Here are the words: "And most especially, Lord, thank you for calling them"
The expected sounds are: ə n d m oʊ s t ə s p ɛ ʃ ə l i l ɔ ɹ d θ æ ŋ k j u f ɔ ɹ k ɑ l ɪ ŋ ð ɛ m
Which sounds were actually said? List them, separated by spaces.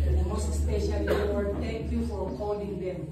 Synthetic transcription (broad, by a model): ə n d m oʊ s t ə s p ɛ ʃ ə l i w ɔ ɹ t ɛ ŋ k j u f ɔ ɹ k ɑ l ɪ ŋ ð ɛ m